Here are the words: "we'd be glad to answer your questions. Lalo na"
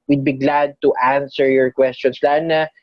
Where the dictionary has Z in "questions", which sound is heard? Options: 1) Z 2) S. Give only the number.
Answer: 2